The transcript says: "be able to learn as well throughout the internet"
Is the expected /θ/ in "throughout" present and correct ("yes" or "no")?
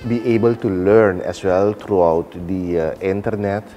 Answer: no